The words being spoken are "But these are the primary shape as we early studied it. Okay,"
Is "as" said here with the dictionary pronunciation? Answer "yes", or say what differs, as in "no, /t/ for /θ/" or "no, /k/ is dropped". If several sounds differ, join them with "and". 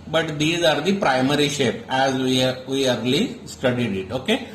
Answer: yes